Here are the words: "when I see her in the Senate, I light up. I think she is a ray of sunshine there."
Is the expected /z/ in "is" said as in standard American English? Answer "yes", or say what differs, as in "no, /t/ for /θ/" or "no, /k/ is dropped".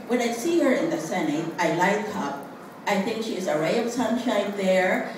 yes